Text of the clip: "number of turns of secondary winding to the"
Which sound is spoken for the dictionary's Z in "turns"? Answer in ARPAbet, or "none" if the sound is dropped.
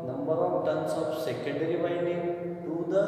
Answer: S